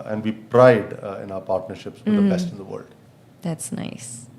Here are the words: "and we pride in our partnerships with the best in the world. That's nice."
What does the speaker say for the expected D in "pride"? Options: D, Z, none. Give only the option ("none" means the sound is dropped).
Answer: D